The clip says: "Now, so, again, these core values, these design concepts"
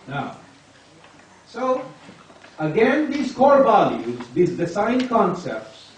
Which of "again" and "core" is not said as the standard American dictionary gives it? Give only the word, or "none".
none